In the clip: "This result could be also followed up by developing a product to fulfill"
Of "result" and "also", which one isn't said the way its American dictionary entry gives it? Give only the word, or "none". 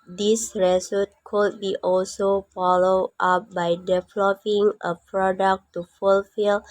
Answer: result